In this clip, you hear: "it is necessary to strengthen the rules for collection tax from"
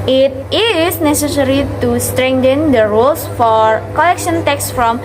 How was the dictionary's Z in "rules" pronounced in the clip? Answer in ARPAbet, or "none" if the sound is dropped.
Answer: S